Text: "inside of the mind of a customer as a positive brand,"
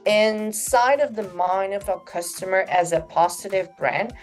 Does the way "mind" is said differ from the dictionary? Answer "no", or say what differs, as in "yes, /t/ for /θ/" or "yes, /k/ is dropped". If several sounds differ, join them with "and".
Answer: yes, /d/ is dropped